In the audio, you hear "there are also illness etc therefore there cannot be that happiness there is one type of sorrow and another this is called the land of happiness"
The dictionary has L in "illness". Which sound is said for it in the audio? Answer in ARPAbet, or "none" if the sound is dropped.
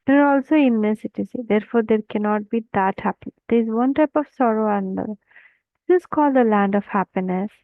none